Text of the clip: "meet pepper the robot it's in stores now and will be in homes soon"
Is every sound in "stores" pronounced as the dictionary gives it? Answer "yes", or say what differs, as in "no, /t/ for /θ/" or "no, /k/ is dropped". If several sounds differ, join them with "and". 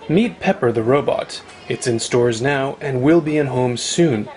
yes